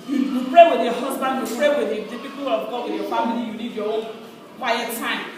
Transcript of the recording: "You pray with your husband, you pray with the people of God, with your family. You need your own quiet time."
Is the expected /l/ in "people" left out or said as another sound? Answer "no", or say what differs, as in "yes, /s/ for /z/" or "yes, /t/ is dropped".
yes, /w/ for /l/